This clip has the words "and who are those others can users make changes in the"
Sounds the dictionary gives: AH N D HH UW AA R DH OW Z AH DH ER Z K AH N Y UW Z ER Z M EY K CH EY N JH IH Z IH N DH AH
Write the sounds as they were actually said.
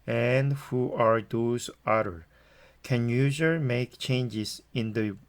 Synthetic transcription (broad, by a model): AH N D HH UW AA R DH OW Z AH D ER K AH N Y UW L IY M EY K CH EY N JH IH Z IH N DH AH